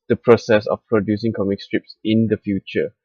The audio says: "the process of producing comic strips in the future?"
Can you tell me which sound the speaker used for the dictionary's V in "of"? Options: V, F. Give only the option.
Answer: F